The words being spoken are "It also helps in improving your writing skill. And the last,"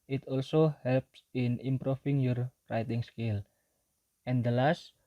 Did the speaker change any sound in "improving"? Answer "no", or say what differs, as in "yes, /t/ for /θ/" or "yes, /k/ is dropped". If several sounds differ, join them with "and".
yes, /f/ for /v/